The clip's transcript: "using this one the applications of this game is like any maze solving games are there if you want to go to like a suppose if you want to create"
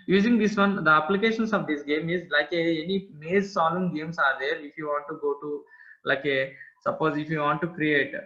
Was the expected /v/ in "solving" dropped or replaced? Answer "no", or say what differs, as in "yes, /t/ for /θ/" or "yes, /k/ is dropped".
yes, /v/ is dropped